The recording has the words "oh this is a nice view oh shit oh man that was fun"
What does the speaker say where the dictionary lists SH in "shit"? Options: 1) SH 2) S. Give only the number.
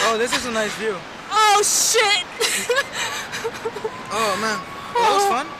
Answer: 1